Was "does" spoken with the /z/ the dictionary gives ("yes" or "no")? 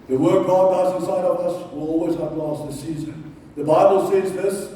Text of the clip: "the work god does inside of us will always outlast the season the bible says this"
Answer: no